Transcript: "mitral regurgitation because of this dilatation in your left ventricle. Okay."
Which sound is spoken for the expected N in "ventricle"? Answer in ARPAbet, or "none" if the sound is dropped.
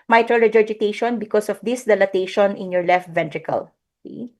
N